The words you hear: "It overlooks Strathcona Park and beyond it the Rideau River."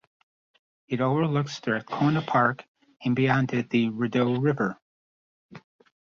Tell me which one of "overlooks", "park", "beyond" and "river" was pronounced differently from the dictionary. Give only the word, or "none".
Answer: none